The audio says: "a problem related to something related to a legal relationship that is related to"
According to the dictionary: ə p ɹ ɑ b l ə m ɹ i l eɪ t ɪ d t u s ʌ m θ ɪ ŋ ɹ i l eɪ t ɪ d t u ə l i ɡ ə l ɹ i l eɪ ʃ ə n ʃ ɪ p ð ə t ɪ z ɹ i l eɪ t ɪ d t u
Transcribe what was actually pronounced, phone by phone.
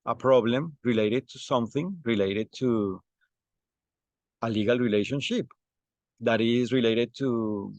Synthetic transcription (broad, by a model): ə p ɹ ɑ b l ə m ɹ i l eɪ t ɪ d t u s ʌ m θ ɪ ŋ ɹ i l eɪ t ɪ d t u ə l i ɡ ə l ɹ i l eɪ ʃ ə n ʃ ɪ p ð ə t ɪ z ɹ i l eɪ t ɪ d t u